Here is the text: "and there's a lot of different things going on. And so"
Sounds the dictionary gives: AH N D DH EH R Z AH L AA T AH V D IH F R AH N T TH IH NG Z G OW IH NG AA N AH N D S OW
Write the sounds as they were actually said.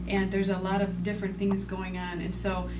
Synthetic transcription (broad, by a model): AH N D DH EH R Z AH L AA T AH V D IH F R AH N TH IH NG Z G OW IH NG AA N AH N S OW